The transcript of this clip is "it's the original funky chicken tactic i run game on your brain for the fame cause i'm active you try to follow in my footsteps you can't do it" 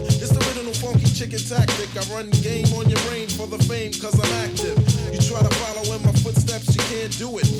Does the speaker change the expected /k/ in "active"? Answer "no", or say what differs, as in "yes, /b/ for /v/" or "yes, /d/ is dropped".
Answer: no